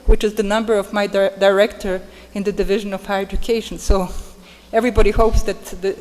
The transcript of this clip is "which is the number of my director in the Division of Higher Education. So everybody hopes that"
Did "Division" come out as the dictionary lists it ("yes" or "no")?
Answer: yes